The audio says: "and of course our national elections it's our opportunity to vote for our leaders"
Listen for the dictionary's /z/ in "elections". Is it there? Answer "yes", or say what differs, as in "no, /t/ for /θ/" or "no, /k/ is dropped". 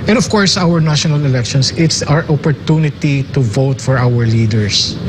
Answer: no, /s/ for /z/